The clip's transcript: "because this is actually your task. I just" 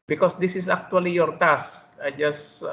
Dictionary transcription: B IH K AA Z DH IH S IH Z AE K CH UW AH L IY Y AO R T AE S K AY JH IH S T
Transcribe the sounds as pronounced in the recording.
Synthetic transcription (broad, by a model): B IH K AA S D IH S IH S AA K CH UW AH L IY Y AO R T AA S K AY JH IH S